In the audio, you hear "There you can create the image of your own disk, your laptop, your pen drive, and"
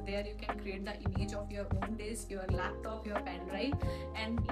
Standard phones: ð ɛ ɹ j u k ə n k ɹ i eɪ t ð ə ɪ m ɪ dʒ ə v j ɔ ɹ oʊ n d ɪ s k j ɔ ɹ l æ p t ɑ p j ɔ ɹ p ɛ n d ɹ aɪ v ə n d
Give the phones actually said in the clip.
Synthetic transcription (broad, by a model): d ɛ ɹ j u k ə n k ɹ i eɪ t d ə ɪ m ɪ dʒ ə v j ɔ ɹ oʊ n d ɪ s j ɔ ɹ l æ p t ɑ f j ɔ ɹ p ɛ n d ɹ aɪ ə n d